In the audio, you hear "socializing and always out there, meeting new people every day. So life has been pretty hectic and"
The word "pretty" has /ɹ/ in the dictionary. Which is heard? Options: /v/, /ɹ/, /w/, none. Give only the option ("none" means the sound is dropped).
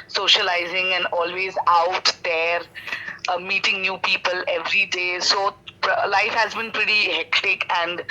/ɹ/